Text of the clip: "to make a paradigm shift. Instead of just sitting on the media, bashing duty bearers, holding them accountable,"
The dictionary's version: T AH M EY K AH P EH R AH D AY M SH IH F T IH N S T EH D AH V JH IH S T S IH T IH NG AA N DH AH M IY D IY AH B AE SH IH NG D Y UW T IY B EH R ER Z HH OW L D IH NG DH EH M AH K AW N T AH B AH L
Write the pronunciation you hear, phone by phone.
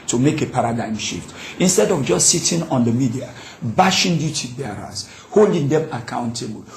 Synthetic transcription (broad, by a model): T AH M EY K AH P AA R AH D AY M SH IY F T IH N S T EH D AH V JH IH S T S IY T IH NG AA N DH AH M IY D IY AH B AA SH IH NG D Y UW T IY B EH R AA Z HH OW L D IH NG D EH M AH K AW N T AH B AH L